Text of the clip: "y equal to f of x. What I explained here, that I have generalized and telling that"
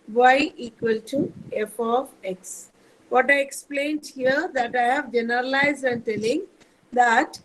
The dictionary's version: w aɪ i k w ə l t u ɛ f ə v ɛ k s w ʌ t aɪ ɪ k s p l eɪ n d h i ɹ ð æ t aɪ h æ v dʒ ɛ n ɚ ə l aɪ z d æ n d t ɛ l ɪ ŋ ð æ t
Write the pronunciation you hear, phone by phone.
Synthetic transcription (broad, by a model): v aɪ i k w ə l t u ɛ f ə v ɛ k s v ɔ t aɪ ɪ k s p l eɪ n d h i ɹ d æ t aɪ h æ v dʒ ɛ n ɚ ə l aɪ z d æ n d t ɛ l ɪ ŋ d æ t